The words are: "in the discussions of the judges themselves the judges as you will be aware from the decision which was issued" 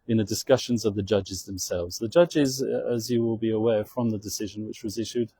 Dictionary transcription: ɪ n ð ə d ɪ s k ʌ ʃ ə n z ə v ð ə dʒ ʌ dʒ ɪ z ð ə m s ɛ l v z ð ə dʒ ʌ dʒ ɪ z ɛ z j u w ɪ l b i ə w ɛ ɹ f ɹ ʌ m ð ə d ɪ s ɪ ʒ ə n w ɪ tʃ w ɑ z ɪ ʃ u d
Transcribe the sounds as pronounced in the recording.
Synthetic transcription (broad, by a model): ɪ n ð ə d ɪ s k ʌ ʃ ə n z ə v ð ə dʒ ʌ dʒ ɪ z ð ə m s ɛ l v z ð ə dʒ ʌ dʒ ɪ z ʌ z j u w ɪ l b i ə w ɛ f ɹ ʌ m ð ə d ɪ s ɪ ʒ ə n w ɪ tʃ w ɑ z ɪ ʃ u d